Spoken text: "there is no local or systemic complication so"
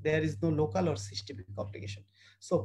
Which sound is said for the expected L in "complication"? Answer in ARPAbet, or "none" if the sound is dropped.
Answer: L